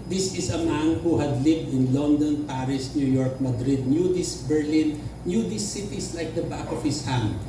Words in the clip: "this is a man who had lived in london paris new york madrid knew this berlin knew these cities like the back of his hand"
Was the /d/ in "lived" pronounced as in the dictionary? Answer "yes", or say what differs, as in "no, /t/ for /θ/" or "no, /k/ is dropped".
yes